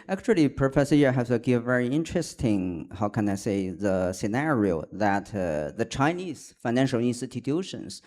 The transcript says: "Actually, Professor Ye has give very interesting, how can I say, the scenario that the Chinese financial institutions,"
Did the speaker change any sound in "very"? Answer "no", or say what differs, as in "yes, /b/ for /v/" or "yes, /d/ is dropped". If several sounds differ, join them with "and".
no